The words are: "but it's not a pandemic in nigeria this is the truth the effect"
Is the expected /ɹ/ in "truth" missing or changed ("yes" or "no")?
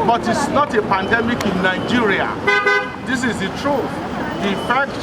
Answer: no